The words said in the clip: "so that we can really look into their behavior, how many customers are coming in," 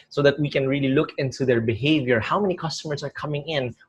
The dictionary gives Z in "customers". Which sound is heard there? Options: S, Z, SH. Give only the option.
S